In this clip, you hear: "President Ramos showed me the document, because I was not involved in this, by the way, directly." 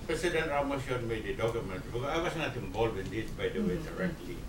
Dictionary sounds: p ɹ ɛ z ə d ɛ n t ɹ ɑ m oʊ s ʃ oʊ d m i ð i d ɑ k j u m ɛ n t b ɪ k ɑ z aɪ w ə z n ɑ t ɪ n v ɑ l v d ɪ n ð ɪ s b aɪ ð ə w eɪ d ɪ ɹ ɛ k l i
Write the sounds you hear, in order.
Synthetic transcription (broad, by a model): p ɹ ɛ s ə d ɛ n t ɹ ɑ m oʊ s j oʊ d m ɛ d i d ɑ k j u m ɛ n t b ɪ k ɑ aɪ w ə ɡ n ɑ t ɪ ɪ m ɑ l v ɪ n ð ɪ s b aɪ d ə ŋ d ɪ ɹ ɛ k l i